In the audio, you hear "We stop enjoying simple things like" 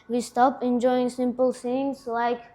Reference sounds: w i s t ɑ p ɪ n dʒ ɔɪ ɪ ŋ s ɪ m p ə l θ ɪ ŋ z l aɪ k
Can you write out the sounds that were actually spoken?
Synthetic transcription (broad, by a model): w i s t ɑ p ɪ n dʒ ɔɪ ɪ ŋ s ɪ m p ə l s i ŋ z l aɪ k